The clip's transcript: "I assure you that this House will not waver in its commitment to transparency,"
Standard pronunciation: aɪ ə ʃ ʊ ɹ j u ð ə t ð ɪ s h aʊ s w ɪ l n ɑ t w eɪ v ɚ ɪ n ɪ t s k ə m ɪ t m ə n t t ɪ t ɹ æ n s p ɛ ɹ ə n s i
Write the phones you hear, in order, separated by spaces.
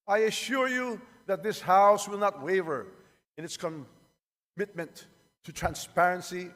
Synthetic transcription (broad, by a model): aɪ ə ʃ ʊ ɹ j u ð ə t ð ɪ s h aʊ s w ɪ l n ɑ t w eɪ v ɚ ɪ n ɪ t s k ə m ɪ t m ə n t t ɪ t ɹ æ n s p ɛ ɹ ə n s i